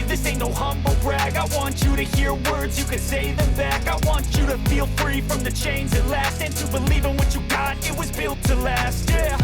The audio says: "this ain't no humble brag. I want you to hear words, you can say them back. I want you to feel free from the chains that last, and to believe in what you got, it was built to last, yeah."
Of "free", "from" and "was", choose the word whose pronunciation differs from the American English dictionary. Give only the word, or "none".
none